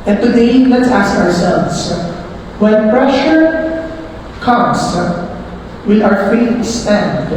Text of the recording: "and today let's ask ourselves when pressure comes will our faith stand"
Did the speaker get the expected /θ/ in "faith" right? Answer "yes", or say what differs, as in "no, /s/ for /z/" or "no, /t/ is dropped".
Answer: no, /t/ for /θ/